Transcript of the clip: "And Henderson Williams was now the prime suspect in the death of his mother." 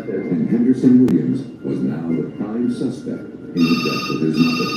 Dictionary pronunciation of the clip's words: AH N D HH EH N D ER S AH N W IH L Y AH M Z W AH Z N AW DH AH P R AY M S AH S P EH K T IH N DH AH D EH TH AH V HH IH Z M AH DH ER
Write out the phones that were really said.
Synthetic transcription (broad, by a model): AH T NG HH EH N D ER S AH N W IH L Y AH M Z W AH Z N AW DH AH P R AY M S AH S P EH K T IH N DH AH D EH T AH V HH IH Z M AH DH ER